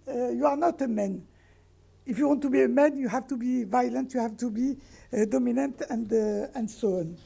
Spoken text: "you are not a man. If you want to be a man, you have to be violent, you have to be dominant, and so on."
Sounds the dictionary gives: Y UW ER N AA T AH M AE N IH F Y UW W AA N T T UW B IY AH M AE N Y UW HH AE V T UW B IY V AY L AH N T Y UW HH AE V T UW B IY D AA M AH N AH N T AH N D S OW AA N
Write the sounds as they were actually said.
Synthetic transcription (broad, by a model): Y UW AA N AA T AH M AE N IH F Y UW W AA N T T UW B IY AH M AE N Y UW HH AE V T UW B IY V AY L AH N T Y UW HH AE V T UW B IY D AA M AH N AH N T AH N D S OW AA N